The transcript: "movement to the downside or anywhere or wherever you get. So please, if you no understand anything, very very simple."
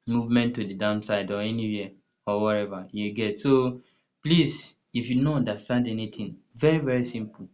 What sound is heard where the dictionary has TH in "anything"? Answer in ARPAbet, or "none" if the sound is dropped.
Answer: T